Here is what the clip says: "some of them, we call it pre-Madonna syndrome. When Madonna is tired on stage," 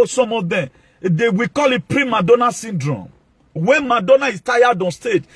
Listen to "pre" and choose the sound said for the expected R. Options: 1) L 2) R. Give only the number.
2